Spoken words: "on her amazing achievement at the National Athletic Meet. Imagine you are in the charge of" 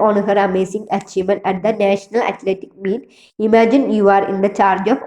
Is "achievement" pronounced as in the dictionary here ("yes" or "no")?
no